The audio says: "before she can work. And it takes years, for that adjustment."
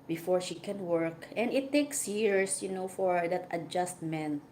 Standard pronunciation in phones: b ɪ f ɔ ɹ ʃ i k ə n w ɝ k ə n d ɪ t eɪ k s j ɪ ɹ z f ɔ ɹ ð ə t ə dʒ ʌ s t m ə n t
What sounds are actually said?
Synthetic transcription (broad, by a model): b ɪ f ɔ ɹ ʃ i k ə n w ɝ k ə n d ɪ t eɪ k s j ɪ ɹ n f ɔ ɹ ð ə t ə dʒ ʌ s t m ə n t